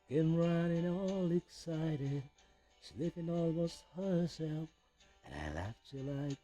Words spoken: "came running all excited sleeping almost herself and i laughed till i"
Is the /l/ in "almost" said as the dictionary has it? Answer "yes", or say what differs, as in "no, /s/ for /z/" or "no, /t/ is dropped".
yes